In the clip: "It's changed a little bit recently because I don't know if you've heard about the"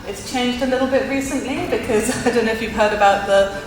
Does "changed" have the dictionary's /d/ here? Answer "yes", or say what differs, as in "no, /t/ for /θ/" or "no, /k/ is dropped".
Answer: yes